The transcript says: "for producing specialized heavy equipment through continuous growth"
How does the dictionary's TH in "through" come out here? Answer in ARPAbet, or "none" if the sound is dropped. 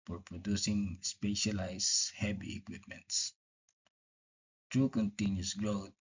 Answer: T